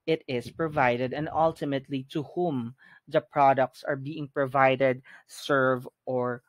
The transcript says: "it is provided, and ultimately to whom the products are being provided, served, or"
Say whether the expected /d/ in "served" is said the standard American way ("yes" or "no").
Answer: no